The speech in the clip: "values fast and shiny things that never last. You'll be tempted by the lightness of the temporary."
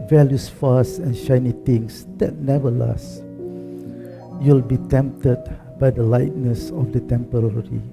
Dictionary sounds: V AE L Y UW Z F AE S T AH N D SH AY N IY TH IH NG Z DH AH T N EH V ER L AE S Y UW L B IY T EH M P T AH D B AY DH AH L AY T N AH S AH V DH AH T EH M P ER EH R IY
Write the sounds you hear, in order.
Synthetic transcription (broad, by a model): V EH L Y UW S F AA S AH N SH AY N IY T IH NG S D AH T N EH V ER L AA S Y UW L B IY T EH M P T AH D B AY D AH L AY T N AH S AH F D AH T EH M P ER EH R IY